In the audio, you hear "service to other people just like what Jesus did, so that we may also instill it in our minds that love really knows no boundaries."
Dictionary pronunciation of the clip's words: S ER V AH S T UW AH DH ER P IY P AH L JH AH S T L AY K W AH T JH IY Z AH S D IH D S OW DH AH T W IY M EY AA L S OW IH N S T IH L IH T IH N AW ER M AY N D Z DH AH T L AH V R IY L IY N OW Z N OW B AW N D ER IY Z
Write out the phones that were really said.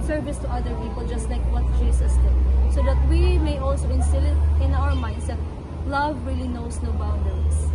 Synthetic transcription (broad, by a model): S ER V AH S T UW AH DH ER P IY P AH L JH AH S T L AY K W AH T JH IY S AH S D IH D S OW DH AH T W IY M EY AA L S OW IH N S T IH L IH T IH N AW ER M AY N D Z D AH T L AH V R IY L IY N OW S N OW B AW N D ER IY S